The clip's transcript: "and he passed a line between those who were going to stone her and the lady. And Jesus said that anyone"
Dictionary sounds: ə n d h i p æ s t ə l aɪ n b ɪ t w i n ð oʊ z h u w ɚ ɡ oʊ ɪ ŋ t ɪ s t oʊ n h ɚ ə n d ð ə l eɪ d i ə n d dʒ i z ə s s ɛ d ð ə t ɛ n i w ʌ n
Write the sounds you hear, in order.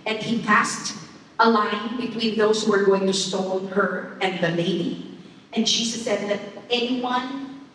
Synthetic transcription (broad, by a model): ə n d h i p æ s t ə l aɪ n b ɪ t w i n ð oʊ z h u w ɚ ɡ oʊ ɪ ŋ t ɪ s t oʊ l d ɚ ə n ð ə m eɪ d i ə n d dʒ i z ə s s ɛ d ð ə t ɛ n i w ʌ n